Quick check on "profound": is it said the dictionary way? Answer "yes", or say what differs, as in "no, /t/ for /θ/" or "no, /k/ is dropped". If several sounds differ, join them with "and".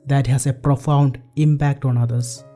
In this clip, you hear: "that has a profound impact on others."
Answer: yes